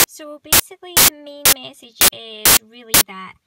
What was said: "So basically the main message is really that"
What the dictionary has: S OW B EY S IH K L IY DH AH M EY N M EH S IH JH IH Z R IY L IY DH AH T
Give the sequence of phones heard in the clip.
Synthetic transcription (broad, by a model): S OW B EY S IH K L IY DH AH M EY N M EH S IH JH IH Z R IY L IY DH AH T